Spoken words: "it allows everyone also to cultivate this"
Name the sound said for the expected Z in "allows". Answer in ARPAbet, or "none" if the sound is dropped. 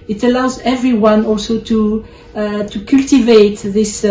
Z